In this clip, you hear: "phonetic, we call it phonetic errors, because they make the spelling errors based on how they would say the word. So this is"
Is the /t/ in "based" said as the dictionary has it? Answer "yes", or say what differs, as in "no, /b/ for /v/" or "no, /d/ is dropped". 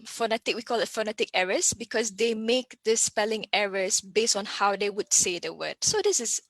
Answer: yes